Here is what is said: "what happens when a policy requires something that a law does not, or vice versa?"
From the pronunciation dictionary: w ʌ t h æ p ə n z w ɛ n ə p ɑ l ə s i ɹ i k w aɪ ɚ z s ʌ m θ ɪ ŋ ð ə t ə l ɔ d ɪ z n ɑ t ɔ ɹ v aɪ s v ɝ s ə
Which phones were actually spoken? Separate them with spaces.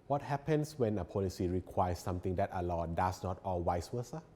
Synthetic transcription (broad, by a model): w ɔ t h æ p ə n s w ɛ n ə p ɑ l ə s i ɹ i k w aɪ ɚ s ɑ m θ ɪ ŋ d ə t ə l ɔ d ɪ s n ɑ t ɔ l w aɪ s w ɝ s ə